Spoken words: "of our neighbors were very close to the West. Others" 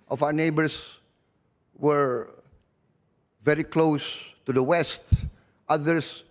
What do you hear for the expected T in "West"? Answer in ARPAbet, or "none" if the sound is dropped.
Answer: T